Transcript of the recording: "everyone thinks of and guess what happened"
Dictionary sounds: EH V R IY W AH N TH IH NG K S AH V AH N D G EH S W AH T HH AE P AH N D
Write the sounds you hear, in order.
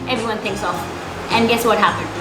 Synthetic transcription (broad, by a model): EH V R IY W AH N TH IH NG K S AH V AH N G EH S W AH T HH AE P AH N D